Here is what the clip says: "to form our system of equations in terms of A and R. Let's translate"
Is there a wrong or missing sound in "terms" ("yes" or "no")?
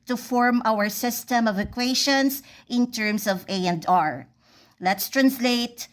yes